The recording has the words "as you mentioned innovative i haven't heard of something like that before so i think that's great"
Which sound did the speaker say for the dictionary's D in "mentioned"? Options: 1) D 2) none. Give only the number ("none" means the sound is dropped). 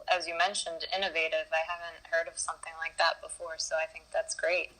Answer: 1